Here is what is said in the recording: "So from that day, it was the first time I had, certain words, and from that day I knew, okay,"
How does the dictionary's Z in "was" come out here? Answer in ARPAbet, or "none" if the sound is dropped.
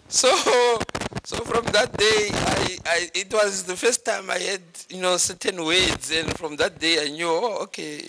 Z